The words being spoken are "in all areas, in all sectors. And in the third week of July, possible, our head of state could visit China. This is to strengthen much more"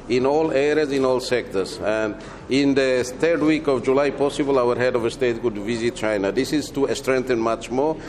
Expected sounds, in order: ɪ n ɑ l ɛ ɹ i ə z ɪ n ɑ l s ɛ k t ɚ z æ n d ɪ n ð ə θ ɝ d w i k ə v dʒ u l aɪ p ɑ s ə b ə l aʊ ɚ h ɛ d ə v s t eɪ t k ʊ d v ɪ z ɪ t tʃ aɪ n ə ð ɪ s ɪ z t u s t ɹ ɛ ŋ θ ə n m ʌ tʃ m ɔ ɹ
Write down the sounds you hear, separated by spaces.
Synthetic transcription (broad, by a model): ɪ n ɑ l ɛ ɹ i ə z ɪ n ɑ l s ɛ k t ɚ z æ n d ɪ n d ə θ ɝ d w i k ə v dʒ u l aɪ p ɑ s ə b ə l aʊ ɚ h ɛ d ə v s t eɪ t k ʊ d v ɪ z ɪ t tʃ aɪ n ə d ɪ s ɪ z t u s t ɹ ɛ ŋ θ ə n m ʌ tʃ m ɔ ɹ